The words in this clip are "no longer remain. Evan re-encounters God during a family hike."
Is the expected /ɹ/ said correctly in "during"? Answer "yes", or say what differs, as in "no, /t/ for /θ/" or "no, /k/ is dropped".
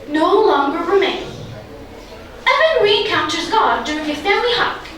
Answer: yes